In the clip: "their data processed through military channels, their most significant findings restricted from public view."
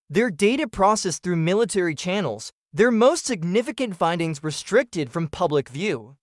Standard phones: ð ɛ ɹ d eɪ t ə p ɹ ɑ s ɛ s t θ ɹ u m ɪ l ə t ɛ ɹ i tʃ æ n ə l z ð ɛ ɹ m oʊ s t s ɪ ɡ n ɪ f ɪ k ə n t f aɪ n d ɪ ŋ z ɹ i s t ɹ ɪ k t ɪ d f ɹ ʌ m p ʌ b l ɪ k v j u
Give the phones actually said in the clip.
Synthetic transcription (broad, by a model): ð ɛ ɹ d eɪ t ə p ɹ ɑ s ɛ s θ ɹ u m ɪ l ə t ɛ ɹ i tʃ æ n l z ð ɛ ɹ m oʊ s t s ɪ ɡ n ɪ f ɪ k ə n t f aɪ n d ɪ ŋ z ɹ i s t ɹ ɪ k t ɪ d f ɹ ʌ m p ʌ b l ɪ k v j u